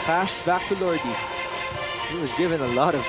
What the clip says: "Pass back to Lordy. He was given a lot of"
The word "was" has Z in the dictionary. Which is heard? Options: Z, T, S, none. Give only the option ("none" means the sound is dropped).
Z